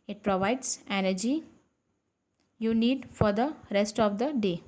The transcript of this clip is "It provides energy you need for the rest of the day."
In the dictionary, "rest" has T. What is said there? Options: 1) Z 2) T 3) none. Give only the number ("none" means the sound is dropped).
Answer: 2